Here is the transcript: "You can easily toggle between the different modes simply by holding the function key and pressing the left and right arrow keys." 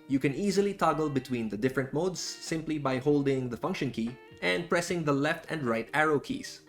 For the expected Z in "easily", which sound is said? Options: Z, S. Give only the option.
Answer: Z